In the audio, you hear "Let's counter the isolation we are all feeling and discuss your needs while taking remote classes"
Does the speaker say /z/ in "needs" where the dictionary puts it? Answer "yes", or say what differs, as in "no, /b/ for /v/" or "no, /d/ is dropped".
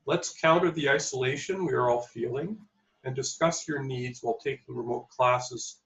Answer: yes